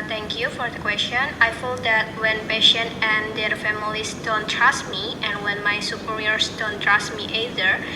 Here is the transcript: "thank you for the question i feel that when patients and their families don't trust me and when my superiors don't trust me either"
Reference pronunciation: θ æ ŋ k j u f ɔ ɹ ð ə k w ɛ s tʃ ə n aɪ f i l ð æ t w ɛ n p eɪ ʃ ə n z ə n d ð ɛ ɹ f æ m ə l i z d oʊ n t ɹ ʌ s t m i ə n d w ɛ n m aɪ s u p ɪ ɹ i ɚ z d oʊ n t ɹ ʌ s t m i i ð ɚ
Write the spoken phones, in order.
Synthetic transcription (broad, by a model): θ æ ŋ k j u f ɔ ɹ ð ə k w ɛ s tʃ ə n aɪ f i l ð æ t w ɛ n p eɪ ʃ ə n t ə n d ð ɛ ɹ f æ m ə l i s d oʊ n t ɹ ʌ s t m i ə n w ɛ n m aɪ s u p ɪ ɹ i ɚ s d oʊ n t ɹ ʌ s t m i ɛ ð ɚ